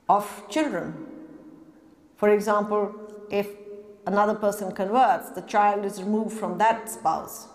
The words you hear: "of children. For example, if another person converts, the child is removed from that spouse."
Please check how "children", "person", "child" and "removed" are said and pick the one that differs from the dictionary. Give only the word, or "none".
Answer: none